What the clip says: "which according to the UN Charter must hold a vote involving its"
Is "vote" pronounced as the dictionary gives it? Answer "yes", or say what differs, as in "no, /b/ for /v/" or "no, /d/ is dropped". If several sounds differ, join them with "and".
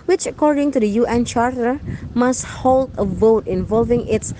yes